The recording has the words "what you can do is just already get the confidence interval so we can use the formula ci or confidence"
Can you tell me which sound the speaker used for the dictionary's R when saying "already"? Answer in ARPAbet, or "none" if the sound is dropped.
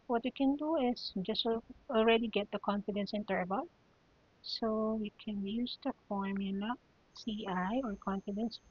R